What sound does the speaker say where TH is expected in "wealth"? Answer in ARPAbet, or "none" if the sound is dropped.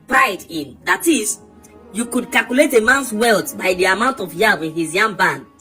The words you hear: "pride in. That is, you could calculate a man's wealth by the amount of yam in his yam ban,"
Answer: T